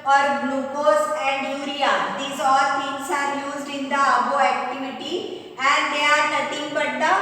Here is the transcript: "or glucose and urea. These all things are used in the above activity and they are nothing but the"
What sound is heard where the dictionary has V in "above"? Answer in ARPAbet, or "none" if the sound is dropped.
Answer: none